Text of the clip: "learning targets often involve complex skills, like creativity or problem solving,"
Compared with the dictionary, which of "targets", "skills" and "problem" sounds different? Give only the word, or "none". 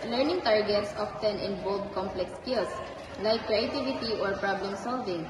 skills